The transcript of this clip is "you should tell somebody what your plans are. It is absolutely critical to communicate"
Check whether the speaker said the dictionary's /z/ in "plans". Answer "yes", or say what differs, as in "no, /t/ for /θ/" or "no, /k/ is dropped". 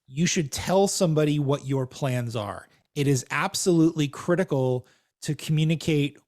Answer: yes